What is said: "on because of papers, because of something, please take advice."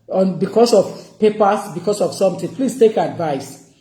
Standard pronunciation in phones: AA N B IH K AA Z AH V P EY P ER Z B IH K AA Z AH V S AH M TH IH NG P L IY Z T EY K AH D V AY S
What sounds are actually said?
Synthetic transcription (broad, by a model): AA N B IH K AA S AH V P EY P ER S B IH K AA S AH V S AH M T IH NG P L IY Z T EY K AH D V AY S